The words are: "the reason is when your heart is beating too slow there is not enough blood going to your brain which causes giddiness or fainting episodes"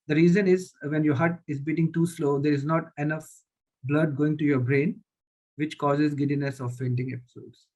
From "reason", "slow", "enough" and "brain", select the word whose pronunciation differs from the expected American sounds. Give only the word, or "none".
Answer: none